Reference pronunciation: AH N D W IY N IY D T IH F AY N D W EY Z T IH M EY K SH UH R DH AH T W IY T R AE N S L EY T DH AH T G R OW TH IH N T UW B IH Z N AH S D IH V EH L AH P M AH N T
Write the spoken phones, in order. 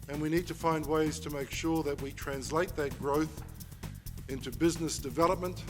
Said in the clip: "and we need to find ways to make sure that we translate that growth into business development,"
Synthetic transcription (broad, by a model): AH N W IY N IY D T IH F AY N D W EY Z T IH M EY K SH UH R DH AH T W IY T R AE N S L EY T DH AH T G R OW TH IH N T UW B IH Z N AH S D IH V EH L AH P M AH N T